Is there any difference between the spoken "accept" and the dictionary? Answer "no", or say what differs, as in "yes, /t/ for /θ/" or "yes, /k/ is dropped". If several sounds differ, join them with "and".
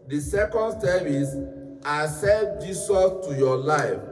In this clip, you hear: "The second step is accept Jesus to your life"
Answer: yes, /k/ is dropped